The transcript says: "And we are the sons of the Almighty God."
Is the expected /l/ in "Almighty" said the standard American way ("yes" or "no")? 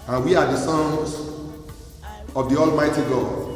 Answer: yes